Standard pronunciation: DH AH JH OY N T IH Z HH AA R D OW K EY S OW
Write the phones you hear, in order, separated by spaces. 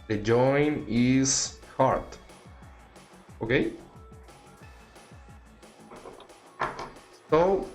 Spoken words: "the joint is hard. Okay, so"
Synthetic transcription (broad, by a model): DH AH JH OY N IH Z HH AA R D OW K EY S OW